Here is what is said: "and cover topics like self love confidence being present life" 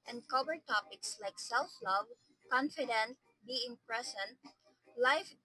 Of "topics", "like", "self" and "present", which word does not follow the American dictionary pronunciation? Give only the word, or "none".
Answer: present